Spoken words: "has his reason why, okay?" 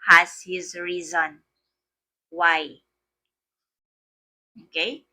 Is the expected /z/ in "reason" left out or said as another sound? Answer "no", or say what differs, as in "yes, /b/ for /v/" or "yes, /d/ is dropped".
no